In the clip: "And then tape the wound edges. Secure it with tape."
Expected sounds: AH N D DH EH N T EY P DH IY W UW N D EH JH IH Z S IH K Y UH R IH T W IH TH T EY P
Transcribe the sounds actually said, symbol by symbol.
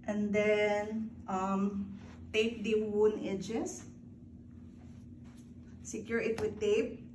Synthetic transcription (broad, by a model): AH N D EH N T EY P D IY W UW N EH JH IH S S IH K Y UH R IH T W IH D T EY P